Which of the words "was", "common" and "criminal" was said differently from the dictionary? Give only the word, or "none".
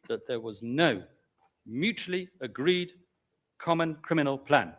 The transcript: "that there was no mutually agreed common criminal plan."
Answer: none